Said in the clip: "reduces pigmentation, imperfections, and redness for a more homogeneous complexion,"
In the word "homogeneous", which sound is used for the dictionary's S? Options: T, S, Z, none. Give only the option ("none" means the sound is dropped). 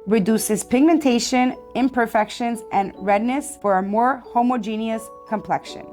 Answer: S